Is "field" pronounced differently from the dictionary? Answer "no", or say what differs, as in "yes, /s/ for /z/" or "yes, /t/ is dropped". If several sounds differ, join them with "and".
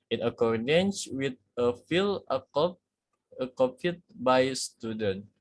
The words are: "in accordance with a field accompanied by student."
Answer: yes, /d/ is dropped